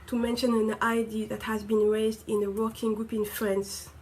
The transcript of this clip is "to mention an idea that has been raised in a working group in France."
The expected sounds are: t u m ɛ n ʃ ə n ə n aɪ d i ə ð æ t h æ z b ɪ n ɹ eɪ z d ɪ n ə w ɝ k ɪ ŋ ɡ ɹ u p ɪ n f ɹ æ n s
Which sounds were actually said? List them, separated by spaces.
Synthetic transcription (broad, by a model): t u m ɛ n ʃ ə n ə n aɪ d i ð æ t h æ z b ɪ n ɹ eɪ z d ɪ n ə w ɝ k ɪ ŋ ɡ ɹ u p ɪ n f ɹ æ n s